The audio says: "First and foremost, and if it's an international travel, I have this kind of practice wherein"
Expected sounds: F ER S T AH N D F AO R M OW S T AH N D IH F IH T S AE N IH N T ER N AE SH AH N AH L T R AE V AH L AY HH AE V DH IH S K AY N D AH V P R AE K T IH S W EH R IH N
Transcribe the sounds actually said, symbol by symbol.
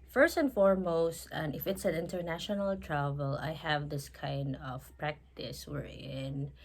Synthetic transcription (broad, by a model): F ER S T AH N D F AO R M OW S T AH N IH F IH T S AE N IH N T ER N AE SH AH N AH L T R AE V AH L AY HH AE V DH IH S K AY N D AH V P R AE K T IH S W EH R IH N